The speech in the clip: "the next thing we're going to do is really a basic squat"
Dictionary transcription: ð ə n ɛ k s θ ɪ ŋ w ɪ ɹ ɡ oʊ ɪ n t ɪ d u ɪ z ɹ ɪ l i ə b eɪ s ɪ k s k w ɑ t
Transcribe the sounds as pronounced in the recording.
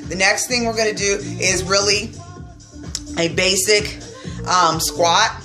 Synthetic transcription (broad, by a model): ð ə n ɛ k s θ ɪ ŋ w ɪ ɹ ɡ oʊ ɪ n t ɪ d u ɪ z ɹ ɪ l i ə b eɪ s ɪ k s k w ɑ t